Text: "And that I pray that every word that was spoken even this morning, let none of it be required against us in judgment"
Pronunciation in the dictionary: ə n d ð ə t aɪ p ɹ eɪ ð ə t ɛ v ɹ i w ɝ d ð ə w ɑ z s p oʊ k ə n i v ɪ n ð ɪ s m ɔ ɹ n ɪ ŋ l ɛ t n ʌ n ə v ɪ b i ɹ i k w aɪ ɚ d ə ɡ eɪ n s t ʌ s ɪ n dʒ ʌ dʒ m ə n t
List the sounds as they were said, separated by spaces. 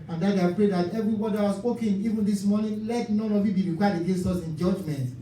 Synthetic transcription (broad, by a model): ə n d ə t aɪ p ɹ eɪ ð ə t ɛ v ɹ i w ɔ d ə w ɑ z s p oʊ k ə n i v ɪ n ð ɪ s m ɔ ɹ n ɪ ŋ l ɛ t n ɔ n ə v ɪ b i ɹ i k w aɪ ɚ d ə ɡ eɪ n s t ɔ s ɪ n dʒ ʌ dʒ m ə n t